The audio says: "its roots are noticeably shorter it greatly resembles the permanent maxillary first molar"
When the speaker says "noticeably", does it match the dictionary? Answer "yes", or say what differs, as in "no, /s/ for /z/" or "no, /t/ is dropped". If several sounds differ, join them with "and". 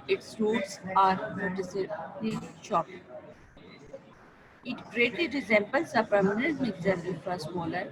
no, /b/ is dropped